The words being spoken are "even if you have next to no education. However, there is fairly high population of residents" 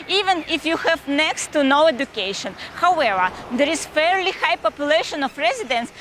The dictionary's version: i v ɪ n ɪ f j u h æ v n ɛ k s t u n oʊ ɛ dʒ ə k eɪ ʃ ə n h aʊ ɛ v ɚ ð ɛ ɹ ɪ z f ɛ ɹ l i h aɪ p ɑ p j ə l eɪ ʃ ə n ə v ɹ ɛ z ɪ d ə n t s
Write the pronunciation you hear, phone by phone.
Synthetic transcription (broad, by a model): i v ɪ n ɪ f j u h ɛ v n ɛ k s t u n oʊ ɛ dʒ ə k eɪ ʃ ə n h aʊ ɛ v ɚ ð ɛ ɹ ɪ z f ɛ ɹ l i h aɪ p ɑ p j ə l eɪ ʃ ə n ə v ɹ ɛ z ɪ d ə n s